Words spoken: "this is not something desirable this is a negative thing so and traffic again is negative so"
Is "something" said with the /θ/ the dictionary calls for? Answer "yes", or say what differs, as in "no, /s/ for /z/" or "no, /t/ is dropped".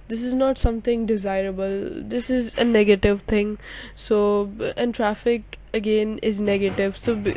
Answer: no, /t/ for /θ/